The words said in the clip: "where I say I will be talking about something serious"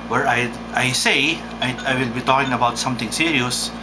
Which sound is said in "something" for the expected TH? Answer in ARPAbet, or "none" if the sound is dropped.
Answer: T